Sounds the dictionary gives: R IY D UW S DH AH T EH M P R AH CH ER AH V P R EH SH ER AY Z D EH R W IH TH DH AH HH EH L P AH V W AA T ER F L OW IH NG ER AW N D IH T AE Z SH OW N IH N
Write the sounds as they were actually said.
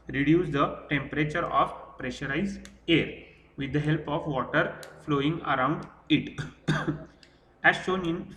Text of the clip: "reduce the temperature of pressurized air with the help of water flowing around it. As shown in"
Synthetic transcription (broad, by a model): R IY D UW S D AH T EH M P R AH CH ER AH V P R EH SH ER AY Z EH R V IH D AH HH EH L P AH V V AA T ER F L OW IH NG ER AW N D IH T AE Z SH OW N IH N